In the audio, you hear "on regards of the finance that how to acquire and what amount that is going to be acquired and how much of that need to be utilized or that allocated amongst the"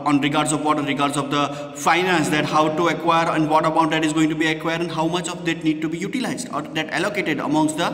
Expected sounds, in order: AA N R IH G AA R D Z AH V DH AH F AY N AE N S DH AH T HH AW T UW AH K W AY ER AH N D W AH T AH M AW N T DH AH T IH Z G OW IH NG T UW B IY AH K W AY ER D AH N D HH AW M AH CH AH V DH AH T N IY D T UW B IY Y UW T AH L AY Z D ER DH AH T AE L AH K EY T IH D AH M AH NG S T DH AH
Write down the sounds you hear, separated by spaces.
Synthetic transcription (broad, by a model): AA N R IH G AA R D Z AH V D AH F AY N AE N S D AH T HH AW T UW AH K W AY ER AH N D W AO T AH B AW T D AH T IH Z G OW IH NG T UW B IY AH K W AY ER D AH N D HH AW M AH CH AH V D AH T N IY D T UW B IY Y UW T AH L AY Z D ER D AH T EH L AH K EY T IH D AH M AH NG S T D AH